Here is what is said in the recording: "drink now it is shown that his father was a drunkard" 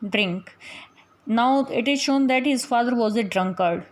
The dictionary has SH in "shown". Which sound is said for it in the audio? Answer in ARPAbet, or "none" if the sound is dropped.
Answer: SH